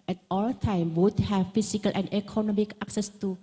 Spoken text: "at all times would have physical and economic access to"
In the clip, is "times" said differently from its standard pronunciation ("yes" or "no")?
yes